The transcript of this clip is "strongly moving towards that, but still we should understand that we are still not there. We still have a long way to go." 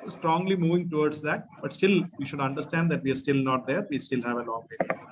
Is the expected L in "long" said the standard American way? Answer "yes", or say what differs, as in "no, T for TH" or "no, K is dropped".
no, N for L